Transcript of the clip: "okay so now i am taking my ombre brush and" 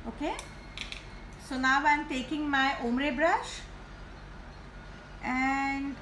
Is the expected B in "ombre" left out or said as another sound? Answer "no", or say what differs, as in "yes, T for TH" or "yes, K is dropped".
yes, B is dropped